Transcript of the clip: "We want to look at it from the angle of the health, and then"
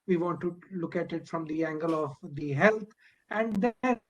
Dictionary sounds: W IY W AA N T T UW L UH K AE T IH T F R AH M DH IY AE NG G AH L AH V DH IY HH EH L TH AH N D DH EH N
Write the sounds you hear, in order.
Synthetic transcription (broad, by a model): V IY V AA N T T UW L UH K AE T IH T F R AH M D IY AE NG G AH L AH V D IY HH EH L T AH N D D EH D